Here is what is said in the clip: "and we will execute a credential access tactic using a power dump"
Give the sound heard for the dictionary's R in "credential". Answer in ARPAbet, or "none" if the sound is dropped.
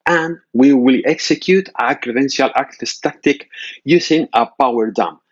R